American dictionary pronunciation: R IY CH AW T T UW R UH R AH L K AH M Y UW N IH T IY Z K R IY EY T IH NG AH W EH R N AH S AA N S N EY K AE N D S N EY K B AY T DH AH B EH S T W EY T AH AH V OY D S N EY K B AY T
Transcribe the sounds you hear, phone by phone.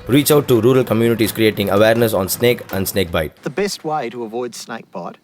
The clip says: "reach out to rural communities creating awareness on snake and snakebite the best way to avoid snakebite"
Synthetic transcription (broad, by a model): R IY CH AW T T UW R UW R AH L K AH M Y UW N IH T IY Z K R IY EY T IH NG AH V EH R N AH S AA N S N EY K AE N D S N EY K B AY T DH AH B EH S T W EY T AH AH V OY D S N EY K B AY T